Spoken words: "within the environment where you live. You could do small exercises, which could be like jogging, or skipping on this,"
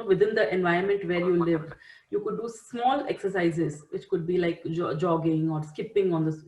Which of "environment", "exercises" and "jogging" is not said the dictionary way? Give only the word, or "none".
environment